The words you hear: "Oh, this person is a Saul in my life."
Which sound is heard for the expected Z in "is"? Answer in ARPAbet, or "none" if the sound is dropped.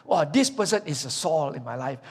S